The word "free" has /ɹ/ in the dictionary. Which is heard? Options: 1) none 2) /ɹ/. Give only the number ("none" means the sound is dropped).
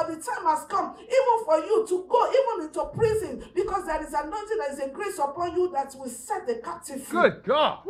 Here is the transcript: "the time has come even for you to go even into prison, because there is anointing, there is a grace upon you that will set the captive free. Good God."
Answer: 1